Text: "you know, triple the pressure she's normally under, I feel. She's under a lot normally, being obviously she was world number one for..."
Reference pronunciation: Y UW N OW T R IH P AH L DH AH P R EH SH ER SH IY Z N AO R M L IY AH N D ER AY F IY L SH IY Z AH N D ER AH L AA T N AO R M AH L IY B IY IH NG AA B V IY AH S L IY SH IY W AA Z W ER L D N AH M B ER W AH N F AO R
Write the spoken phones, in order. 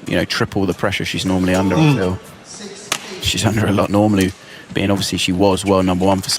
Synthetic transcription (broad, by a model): Y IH N OW T R IH P AH L DH AH P R EH SH ER SH IY Z N AO R M L IY AH N D ER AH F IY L SH IY Z AH N D ER AH L AA T N AO R M AH L IY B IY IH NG AA B V IY AH S L IY SH IY W AA Z W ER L N AH M B ER W AH N F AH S